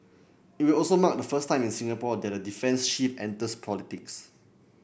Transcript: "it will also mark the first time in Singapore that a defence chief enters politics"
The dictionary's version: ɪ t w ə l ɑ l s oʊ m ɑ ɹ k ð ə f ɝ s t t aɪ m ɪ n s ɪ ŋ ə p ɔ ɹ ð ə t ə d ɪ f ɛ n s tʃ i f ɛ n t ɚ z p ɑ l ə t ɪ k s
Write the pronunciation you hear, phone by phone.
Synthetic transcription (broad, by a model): ɪ t w ə l ɑ l s oʊ m ɑ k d ə f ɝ s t t aɪ m ɪ n s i ŋ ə p ɔ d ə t ə d ɪ f ɛ n s ʃ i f ɛ n t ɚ s p ɑ l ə t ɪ k s